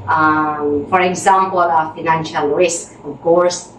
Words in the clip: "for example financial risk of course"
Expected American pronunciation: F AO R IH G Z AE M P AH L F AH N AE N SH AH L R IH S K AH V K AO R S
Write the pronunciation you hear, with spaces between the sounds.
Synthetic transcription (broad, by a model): F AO R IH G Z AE M P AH F AH N AE N SH AH L R IH S K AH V K AO R S